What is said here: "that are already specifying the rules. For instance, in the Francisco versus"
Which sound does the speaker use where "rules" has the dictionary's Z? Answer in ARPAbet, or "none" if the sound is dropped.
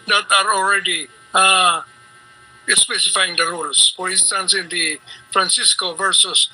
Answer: S